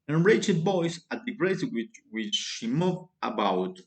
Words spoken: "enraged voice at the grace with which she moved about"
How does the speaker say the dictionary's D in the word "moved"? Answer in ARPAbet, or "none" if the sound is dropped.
none